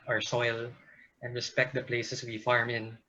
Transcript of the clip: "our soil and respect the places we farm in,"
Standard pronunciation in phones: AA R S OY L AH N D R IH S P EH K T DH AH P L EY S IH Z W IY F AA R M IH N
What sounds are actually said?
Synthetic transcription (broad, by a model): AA R S OY L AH N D R IH S P EH K T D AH P L EY S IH S W IY F AA R M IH N